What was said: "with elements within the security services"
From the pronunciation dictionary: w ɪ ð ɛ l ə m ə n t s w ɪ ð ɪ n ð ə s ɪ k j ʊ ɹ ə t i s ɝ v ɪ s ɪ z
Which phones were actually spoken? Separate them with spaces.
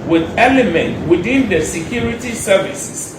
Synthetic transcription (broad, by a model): w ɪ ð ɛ l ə m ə n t w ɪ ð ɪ n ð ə s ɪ k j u ɹ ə t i s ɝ v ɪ s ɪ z